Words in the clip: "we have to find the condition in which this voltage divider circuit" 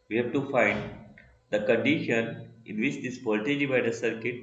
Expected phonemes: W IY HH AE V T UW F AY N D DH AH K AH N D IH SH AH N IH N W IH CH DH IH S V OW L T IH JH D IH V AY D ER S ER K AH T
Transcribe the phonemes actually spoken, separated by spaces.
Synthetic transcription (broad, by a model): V IY HH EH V T UW F AY N D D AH K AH N D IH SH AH N IH N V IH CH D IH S P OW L T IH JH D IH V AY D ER S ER K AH T